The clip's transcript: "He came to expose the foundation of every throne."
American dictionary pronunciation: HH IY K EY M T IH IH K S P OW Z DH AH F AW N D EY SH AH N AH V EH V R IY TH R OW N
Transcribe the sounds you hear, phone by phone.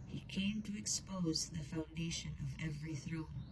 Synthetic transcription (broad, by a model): HH IY K EY M T IH IH K S P OW Z DH AH F AW N D EY SH AH N AH V EH V R IY TH R OW N